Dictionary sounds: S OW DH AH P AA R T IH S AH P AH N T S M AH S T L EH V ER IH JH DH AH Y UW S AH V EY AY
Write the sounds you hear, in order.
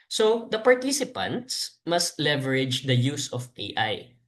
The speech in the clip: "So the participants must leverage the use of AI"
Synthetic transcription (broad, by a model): S OW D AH P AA R T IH S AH P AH N T S M AH S T L EH V ER IH JH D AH Y UW S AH P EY AY